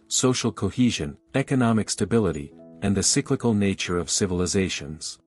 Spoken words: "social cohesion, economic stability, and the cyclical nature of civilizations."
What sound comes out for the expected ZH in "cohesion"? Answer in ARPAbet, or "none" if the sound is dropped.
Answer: ZH